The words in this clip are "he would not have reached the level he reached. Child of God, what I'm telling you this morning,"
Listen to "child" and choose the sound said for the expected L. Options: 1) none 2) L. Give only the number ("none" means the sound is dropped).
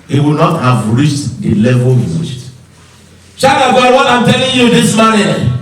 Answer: 1